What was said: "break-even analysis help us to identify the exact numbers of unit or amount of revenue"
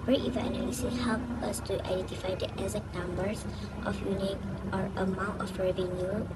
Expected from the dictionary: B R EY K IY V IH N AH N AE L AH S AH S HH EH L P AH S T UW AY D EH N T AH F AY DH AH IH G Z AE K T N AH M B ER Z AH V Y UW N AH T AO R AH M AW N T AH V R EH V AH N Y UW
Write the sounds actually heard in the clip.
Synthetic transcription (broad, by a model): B R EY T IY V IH AH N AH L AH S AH HH EH L P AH S T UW AY D EH N T AH F AY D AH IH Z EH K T N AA M B ER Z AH F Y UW N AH T AO R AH M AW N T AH F R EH V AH N Y UW